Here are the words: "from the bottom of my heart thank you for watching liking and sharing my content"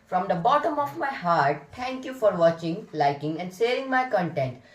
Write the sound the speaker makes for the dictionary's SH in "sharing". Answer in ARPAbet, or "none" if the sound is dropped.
S